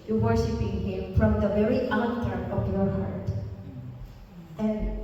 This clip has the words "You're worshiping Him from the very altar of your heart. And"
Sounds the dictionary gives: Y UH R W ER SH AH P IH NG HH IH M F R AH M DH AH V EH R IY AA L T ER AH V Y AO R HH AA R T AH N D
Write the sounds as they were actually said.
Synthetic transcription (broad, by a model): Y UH W ER SH AH P IH NG HH IH M F R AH M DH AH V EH R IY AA T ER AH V Y AO R HH AA R T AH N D